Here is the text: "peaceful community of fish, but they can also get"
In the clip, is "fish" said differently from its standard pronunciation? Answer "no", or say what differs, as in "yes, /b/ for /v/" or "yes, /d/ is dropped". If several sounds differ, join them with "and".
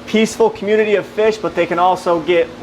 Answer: no